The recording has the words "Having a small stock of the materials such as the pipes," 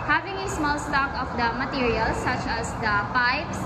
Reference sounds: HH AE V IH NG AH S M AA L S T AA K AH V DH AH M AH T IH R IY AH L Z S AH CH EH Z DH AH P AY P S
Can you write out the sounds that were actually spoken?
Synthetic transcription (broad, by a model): HH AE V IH NG AH S M AA L S T AA K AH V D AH M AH T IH R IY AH L S AH CH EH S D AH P AY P S